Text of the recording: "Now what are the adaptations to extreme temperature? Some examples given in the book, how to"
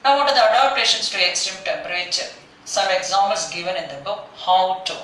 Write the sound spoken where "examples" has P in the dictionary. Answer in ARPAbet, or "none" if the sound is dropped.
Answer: none